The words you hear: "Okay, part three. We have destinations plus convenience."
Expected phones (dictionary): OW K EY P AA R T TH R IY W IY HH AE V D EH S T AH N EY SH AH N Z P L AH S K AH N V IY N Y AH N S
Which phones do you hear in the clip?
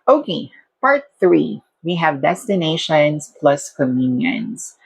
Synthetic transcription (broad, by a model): OW K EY P AA R T TH R IY W IY HH AE V D EH S T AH N EY SH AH N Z P L AH S K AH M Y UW N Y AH N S